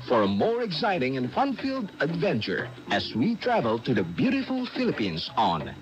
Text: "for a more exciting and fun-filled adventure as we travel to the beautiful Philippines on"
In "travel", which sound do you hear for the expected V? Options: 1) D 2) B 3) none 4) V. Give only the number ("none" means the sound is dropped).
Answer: 4